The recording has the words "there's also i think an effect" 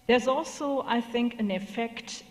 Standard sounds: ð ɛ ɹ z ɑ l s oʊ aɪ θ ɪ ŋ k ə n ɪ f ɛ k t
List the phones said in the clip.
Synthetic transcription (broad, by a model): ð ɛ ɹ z ɑ l s oʊ aɪ θ ɪ ŋ k ə n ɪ f ɛ k t